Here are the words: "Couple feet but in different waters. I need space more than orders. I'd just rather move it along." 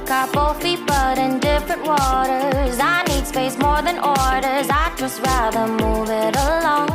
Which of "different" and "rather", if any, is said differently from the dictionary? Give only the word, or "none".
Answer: none